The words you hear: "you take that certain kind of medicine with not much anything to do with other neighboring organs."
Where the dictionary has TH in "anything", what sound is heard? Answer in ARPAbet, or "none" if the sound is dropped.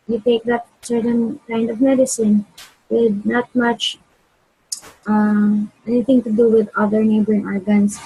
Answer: T